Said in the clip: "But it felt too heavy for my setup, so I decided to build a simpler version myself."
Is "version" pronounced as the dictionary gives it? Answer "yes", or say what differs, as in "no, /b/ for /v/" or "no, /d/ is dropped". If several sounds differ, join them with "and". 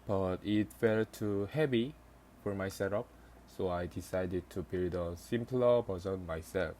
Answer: no, /b/ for /v/ and /z/ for /ʒ/